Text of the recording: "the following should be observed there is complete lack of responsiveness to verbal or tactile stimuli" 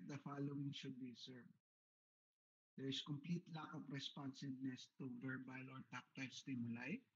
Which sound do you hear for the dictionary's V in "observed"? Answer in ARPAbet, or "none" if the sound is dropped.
none